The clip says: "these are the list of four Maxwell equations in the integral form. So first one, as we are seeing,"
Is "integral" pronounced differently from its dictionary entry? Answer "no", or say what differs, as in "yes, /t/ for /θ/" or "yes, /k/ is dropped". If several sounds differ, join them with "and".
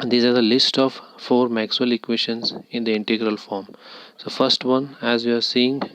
no